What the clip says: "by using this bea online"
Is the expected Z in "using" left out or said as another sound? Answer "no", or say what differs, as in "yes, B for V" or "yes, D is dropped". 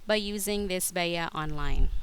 no